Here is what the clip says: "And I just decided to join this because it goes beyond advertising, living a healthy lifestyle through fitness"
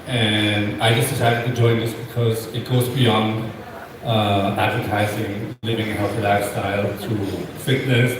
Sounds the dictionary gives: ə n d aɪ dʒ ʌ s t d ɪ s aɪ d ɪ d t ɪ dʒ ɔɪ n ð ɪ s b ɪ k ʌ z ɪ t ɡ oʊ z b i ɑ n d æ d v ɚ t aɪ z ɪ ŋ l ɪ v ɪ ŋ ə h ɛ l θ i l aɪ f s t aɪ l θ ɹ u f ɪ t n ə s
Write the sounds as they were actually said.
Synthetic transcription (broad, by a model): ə n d aɪ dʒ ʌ s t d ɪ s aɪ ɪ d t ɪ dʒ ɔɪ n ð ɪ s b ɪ k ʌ z ɪ t ɡ oʊ z b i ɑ n d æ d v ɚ t aɪ z ɪ ŋ l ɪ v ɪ ŋ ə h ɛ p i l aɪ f s t aɪ l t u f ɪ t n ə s